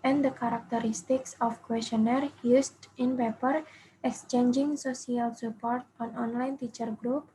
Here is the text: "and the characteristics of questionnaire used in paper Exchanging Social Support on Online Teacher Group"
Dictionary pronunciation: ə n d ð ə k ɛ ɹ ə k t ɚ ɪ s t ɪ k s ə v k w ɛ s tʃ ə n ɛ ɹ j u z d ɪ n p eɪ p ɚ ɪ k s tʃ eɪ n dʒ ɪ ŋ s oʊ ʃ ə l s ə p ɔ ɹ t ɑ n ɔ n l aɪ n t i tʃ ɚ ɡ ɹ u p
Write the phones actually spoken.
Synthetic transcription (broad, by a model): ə n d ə k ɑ ɹ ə k t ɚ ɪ s t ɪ k s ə f k w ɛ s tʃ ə n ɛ ɹ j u s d ɪ n p eɪ p ɚ ɪ k s tʃ eɪ n dʒ ɪ ŋ s oʊ s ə l s ə p ɔ ɹ t ɑ n ɔ n l aɪ n t i tʃ ɚ ɡ ɹ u p